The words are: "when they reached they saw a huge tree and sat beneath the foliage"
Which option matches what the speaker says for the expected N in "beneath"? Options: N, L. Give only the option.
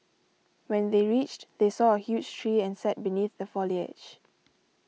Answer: N